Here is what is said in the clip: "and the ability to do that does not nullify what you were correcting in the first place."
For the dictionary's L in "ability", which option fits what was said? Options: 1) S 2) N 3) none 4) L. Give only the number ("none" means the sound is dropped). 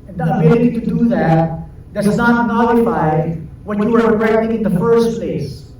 3